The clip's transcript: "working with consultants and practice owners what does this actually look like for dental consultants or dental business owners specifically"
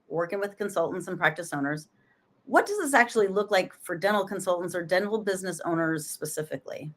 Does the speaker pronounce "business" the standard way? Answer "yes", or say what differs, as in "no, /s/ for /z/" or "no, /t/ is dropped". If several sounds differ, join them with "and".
yes